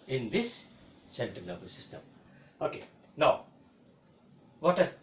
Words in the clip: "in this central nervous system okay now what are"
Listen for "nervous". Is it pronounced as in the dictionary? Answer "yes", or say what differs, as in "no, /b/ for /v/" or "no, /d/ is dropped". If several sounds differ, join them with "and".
no, /b/ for /v/